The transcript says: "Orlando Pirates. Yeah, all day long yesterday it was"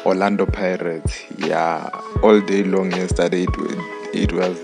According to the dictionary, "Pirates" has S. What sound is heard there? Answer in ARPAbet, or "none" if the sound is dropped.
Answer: none